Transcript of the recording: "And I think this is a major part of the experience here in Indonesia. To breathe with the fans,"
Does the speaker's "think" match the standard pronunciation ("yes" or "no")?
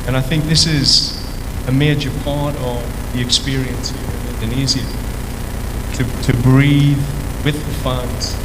yes